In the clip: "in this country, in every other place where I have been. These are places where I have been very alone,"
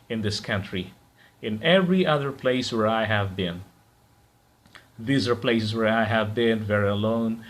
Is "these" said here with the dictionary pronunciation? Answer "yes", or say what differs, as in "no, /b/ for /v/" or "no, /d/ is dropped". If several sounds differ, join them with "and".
yes